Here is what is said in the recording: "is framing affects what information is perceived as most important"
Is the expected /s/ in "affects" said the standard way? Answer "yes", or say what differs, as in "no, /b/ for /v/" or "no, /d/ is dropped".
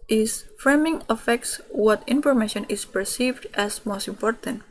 yes